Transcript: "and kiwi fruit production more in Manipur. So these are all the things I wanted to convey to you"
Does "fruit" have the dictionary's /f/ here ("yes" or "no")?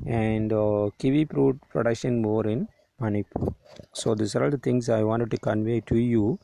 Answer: no